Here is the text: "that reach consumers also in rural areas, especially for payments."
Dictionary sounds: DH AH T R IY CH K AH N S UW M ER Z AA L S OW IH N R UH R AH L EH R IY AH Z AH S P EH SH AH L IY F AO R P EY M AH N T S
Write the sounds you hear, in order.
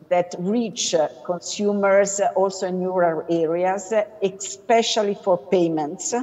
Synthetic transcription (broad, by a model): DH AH T R IY CH K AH N S UW M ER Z AA L S OW N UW R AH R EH R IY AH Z AH S P EH SH AH L IY F AO R P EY M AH N T S